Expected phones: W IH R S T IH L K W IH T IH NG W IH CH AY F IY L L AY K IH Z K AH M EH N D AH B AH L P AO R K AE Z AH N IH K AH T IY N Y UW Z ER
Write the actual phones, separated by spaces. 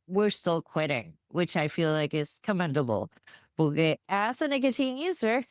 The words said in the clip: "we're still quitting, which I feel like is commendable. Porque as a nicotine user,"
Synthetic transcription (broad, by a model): W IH R S T IH L K W IH T IH NG W IH CH AY F IY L L AY K IH Z K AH M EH N D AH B L B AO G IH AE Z AH N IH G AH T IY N Y UW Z ER